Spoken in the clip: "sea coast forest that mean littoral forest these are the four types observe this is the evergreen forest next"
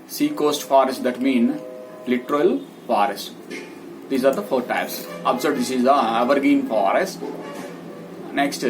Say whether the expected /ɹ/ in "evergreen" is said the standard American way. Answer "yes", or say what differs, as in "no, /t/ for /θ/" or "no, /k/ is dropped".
no, /ɹ/ is dropped